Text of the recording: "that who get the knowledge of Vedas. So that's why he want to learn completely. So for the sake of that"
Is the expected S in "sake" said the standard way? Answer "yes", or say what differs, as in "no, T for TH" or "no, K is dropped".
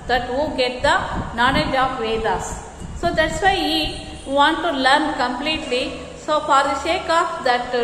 no, SH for S